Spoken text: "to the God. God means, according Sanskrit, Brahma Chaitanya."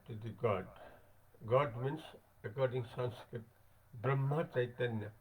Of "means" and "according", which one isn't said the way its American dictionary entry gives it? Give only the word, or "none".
means